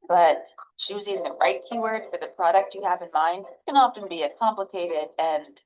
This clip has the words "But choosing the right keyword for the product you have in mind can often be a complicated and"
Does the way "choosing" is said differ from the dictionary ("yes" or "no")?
no